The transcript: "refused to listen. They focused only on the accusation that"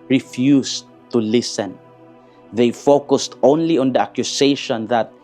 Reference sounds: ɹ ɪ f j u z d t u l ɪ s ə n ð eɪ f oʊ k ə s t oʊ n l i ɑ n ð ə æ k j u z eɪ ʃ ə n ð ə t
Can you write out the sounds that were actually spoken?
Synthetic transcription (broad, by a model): ɹ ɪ f j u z t u l ɪ s ə n ð eɪ f oʊ k ə s t oʊ n l i ɑ n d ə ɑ k j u s eɪ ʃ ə n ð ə t